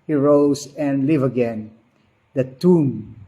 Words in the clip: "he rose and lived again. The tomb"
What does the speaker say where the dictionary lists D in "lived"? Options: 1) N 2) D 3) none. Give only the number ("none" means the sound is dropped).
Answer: 3